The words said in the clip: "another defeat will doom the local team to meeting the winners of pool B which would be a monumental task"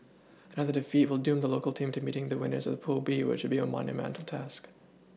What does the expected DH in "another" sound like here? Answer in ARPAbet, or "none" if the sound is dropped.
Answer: DH